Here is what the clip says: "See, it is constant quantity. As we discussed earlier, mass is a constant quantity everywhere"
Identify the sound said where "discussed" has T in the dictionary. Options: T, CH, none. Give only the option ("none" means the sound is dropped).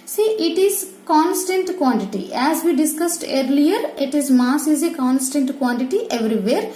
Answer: T